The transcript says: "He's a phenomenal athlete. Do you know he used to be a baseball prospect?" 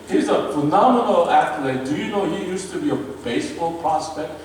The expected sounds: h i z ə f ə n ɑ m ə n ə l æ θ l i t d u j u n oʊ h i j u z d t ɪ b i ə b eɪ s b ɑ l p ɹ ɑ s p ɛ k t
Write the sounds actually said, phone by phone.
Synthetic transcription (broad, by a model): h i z ə f ə n ɑ m ə n ə l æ t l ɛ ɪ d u j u n oʊ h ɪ j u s t ɪ b i ə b eɪ s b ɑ l p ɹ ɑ s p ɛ k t